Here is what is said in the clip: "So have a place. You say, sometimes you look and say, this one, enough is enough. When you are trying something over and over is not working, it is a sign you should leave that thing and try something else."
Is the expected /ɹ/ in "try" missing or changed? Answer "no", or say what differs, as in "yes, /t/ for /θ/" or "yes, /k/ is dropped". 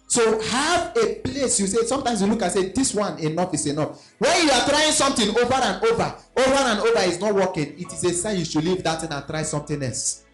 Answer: no